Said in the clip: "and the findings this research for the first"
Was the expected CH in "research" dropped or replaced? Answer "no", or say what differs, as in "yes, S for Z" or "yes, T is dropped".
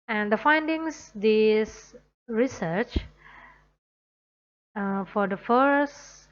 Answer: no